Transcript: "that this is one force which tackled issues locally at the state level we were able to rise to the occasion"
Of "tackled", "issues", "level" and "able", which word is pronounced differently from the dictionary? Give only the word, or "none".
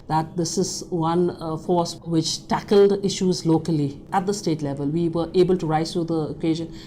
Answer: none